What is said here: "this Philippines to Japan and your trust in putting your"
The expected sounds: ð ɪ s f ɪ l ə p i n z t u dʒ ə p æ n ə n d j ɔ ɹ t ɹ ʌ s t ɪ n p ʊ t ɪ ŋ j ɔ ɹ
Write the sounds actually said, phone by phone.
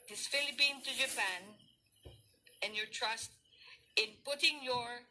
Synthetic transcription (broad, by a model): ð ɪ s f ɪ l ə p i n t u dʒ ə p æ n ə n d j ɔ ɹ t ɹ ʌ s t ɪ n p ʊ t ɪ ŋ j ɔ ɹ